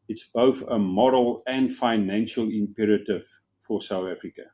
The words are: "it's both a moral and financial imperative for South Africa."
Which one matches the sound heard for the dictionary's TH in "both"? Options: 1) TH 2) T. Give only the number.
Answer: 1